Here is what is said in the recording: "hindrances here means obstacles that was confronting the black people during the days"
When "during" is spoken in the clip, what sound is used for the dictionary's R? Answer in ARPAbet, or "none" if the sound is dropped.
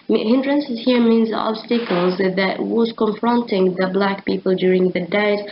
R